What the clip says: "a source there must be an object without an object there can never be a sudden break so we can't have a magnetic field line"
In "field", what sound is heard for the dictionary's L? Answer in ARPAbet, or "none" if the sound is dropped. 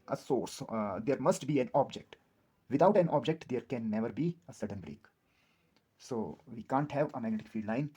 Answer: none